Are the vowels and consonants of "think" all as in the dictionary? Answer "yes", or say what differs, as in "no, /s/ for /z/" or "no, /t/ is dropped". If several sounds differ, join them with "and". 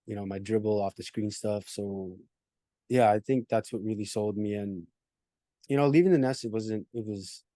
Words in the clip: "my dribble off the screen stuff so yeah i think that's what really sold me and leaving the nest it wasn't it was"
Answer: yes